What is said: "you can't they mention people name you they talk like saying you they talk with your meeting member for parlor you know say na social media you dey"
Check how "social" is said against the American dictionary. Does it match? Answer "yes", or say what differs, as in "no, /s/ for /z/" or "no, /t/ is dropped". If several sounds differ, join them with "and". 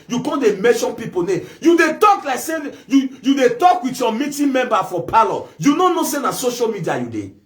yes